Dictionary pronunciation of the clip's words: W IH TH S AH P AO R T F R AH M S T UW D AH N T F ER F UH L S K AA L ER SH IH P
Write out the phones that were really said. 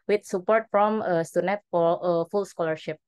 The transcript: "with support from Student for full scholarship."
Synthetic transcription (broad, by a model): W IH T S AH P AO R T F R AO M S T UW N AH T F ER F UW L S K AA L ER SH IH P